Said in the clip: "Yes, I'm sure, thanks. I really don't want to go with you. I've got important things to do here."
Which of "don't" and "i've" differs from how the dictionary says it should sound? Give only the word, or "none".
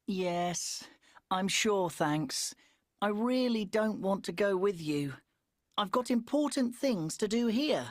none